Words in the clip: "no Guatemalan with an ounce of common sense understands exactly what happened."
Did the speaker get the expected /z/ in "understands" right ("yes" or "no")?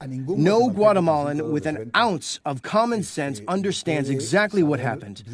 yes